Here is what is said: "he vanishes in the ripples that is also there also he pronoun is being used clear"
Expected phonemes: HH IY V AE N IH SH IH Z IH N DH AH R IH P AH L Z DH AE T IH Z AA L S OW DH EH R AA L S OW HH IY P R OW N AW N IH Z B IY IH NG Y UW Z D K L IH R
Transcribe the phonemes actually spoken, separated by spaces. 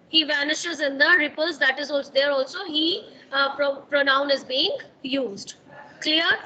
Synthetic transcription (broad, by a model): HH IY V AE N IH SH IH Z IH N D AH R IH P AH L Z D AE T IH Z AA L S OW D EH R AA L S OW HH IY P R OW N AW N IH Z B IY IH NG Y UW Z D K L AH R